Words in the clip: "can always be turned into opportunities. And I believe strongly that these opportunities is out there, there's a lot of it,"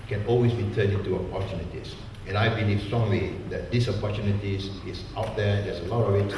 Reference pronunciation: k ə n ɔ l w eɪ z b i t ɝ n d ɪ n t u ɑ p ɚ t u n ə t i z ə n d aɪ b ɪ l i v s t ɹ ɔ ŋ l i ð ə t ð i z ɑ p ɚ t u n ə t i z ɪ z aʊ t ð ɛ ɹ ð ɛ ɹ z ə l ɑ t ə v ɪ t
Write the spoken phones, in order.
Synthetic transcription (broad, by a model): k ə n ɔ l w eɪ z b i t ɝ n ɪ n t u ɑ p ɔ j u n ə t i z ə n aɪ b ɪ l i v s t ɹ ɔ ŋ l i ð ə t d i s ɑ p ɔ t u n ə t i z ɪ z aʊ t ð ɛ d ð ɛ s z ə l ɑ t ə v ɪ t